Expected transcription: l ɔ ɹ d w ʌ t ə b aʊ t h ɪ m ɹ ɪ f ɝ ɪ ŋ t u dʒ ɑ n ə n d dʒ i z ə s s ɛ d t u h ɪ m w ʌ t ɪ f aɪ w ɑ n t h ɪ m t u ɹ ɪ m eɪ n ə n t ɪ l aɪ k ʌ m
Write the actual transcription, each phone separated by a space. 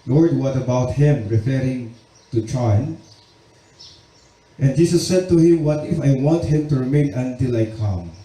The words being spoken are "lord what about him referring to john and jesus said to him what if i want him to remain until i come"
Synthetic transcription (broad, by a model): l ɔ ɹ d w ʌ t ə b aʊ t h ɪ m ɹ ɪ f ɝ ɪ ŋ t u tʃ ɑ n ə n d dʒ i s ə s s ɛ d t u h ɪ m w ʌ t ɪ f aɪ w ɑ n t h ɪ m t u ɹ ɪ m eɪ n ə n t ɪ l aɪ k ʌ m